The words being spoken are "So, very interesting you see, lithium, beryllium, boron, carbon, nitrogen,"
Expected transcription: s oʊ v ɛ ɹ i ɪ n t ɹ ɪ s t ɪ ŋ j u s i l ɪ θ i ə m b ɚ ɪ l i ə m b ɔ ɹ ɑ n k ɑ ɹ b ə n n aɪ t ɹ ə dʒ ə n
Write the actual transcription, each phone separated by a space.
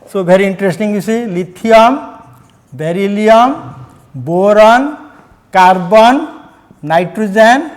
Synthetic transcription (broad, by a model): s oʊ b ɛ ɹ i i n t ɹ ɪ s t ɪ ŋ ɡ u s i l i t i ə m b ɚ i l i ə m b ɔ ɹ ɑ n k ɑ ɹ b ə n n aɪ t ɹ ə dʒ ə n